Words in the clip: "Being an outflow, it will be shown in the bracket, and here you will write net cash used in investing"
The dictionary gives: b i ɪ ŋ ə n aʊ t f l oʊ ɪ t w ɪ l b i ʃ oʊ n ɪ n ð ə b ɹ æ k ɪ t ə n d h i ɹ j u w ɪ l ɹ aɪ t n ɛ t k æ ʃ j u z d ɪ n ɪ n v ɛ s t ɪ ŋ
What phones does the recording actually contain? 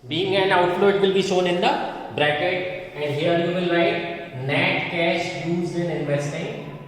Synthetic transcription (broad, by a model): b i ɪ ŋ ə n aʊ t l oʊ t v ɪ l b i ʃ oʊ n ɪ n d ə b ɹ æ k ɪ t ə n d h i ɹ j u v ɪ l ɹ aɪ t n ɛ t k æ ʃ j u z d ɪ n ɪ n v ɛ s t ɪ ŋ